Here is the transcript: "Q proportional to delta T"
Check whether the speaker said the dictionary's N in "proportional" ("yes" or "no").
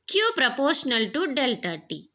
yes